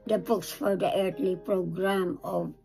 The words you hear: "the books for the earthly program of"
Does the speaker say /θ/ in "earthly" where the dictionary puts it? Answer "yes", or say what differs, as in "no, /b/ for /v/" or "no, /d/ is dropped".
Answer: no, /t/ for /θ/